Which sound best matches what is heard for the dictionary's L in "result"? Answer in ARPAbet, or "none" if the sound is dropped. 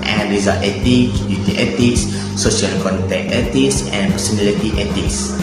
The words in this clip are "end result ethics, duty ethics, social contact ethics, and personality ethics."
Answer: none